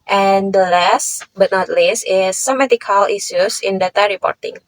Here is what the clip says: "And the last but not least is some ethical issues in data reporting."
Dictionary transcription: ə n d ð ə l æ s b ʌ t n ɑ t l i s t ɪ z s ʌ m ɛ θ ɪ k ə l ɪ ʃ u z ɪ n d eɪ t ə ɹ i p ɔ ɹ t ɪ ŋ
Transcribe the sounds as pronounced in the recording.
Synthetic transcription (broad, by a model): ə n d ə l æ s b ʌ t n ɑ t l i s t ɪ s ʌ m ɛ t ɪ k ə l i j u s ɪ n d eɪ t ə ɹ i p ɔ ɹ t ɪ ŋ